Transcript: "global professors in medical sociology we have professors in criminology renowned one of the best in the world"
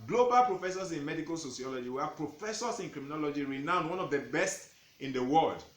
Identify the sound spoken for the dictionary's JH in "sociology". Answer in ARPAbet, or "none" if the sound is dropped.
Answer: JH